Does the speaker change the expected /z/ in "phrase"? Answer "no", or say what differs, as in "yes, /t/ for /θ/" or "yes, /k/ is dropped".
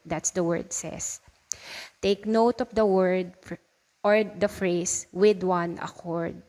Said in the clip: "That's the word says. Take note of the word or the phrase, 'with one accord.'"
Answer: yes, /s/ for /z/